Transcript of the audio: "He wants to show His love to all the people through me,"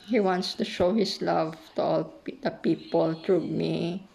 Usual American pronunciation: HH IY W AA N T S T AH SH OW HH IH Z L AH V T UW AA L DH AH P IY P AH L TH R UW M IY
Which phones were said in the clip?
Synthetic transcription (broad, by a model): HH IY W AA N T S T AH SH OW HH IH S L AH V T UW AA L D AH P IY P AH L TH R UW M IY